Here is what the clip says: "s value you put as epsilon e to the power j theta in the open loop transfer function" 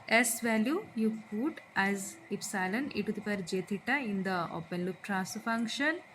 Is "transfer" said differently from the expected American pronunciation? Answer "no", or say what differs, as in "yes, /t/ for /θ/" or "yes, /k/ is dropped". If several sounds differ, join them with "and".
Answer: yes, /n/ is dropped